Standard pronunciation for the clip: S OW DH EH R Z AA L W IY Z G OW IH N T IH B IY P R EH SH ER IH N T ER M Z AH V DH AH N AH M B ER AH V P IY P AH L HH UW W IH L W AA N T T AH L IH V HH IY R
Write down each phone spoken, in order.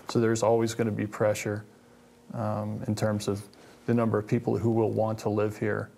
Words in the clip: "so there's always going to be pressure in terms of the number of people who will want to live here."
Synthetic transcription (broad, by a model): S OW DH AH R Z AA L W IY Z G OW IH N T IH B IY P R EH SH ER IH N T ER M Z AH V DH AH N AH M B ER AH V P IY P L HH UW W IH L W AA N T T AH L IH V HH IY R